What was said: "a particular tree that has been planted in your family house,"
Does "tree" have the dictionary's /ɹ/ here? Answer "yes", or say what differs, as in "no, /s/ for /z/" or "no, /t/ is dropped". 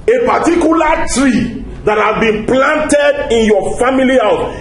yes